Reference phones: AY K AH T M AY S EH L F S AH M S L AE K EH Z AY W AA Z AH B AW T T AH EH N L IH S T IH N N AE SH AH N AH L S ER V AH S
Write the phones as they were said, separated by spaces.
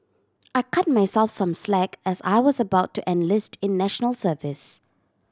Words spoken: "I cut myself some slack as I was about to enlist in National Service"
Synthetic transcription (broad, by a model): AY K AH T M AY S EH L F S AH M S L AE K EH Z AY W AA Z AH B AW T T EH N L IH S T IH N N AE SH AH N AH L S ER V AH S